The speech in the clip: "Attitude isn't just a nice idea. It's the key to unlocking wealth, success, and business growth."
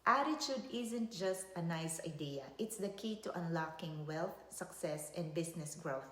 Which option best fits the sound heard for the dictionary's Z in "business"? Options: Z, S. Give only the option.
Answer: S